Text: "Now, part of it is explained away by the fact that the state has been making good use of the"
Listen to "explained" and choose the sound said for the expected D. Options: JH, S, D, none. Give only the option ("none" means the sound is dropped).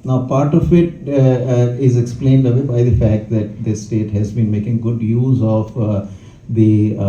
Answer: D